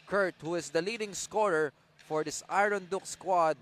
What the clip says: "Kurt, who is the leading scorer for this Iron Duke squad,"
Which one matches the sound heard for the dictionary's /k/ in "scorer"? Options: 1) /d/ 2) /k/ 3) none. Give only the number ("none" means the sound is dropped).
2